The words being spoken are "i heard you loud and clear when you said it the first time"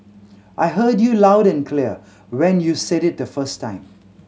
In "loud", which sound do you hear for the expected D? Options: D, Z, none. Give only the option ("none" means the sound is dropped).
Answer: D